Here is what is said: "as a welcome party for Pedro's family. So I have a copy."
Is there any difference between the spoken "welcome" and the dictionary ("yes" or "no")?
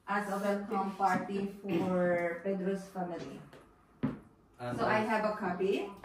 yes